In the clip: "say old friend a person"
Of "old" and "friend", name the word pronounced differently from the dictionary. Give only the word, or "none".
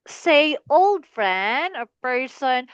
friend